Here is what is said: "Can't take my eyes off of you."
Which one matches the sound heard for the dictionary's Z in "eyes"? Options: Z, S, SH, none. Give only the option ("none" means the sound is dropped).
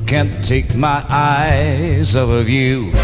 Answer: Z